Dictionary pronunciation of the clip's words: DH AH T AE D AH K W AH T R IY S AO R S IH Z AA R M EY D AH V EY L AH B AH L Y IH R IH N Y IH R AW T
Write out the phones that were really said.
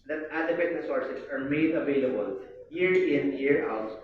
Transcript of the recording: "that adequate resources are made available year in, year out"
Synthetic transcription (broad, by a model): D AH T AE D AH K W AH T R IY S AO R S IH S AA R M EY D AH V EY L AH B AH L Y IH R IH N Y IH R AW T